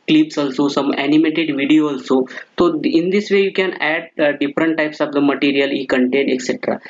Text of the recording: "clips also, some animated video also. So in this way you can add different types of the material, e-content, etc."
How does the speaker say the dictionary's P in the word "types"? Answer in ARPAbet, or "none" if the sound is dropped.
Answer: P